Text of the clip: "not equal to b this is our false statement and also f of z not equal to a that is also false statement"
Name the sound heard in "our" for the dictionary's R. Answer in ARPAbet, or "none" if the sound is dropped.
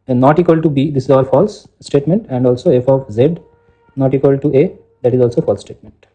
L